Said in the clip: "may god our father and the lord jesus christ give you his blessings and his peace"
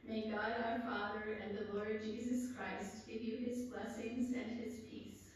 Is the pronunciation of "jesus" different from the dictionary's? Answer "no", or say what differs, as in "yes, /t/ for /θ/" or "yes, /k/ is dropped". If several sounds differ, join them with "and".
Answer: no